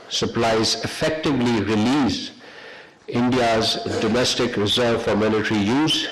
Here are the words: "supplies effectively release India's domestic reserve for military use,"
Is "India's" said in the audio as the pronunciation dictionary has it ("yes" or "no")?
yes